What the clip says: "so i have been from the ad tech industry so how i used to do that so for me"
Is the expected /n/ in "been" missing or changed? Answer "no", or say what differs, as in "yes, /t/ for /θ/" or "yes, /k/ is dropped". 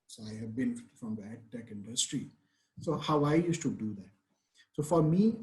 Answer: yes, /l/ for /n/